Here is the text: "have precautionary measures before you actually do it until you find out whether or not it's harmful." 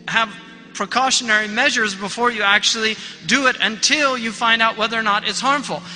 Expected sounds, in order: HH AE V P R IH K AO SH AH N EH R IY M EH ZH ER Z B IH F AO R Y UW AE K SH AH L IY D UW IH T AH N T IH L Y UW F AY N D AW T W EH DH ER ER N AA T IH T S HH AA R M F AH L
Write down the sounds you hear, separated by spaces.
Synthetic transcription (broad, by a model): HH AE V P R IH K AO SH AH N EH R IY M EH ZH ER Z B IH F AO R Y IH AE K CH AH L IY D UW IH T AH N T IH L Y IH F AY N D AW T W EH DH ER ER N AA T IH T S HH AA R M F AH L